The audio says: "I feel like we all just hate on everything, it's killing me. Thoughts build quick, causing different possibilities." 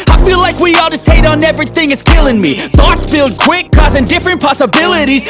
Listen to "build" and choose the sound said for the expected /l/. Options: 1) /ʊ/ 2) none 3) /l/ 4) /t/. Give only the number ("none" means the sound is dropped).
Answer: 3